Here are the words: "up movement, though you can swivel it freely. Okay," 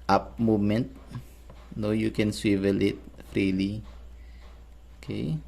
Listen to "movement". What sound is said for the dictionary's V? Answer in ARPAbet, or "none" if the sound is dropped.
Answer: none